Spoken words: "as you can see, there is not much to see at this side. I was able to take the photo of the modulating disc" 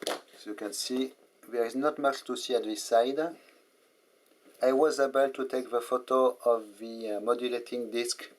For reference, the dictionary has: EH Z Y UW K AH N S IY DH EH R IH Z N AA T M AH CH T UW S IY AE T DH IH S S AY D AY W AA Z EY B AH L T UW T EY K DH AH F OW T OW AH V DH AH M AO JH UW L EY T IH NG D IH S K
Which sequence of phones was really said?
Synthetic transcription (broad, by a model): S Y UW K AH N S IY DH EH R IH Z N AA T M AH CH T UW S IY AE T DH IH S S AY D AY W AA Z EY B AH L T UW T EY K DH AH F OW T OW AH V DH AH M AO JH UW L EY T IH NG D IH S K